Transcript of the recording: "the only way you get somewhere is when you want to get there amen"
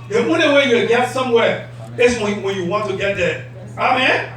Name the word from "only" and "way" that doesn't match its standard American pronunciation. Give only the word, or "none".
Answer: only